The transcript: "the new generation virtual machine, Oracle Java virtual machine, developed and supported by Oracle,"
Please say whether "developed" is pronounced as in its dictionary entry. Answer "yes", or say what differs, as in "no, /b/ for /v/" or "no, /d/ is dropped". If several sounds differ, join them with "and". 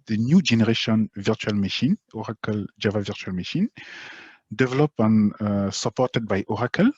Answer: no, /t/ is dropped